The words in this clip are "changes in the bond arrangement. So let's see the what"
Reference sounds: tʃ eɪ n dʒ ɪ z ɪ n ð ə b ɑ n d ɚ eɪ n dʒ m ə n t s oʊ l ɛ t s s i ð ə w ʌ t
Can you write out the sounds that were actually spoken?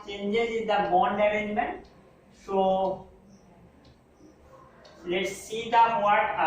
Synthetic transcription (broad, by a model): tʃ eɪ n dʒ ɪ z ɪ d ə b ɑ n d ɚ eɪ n m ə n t s oʊ l ɛ t s s i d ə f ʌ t